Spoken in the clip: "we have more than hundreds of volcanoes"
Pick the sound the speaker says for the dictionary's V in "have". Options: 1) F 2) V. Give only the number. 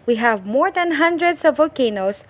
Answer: 2